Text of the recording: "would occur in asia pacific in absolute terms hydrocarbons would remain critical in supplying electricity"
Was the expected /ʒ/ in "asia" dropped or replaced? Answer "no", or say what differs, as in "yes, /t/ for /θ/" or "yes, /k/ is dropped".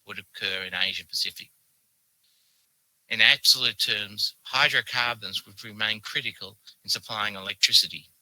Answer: no